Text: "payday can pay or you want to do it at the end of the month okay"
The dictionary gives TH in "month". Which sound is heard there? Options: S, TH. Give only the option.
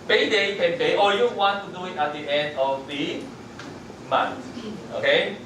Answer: S